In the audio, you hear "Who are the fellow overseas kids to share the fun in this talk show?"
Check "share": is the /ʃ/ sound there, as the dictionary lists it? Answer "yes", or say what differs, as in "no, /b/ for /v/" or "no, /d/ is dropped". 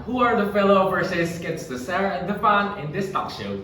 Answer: no, /s/ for /ʃ/